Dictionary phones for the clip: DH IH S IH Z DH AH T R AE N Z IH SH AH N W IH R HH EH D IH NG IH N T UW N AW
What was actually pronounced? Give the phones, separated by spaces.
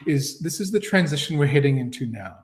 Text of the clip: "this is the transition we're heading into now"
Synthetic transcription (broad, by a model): DH IH S IH Z DH AH T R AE N Z IH SH N W IH R HH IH D IH NG IH N T UW N AW